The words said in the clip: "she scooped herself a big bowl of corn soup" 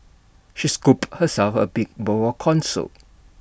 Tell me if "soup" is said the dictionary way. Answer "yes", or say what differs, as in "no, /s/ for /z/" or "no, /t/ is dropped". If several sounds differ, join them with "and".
no, /p/ is dropped